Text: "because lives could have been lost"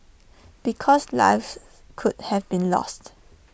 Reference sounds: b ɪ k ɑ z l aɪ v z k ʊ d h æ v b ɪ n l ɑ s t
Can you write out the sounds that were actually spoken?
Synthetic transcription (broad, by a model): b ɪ k ɑ s l aɪ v k ʊ d h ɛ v b ɪ n l ɑ s t